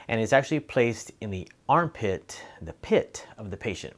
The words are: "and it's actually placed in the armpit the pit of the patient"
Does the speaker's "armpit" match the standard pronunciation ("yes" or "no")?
yes